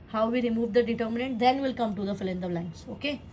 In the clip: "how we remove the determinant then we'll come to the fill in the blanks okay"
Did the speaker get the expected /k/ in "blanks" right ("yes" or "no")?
no